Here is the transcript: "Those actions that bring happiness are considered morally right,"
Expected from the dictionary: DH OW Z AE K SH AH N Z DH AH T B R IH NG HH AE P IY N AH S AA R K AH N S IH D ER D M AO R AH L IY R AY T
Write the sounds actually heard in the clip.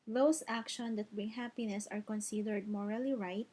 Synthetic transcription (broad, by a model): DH OW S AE K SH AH N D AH T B IH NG HH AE P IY N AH S AA R K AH N S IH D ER D M AO R AH L IY R AY T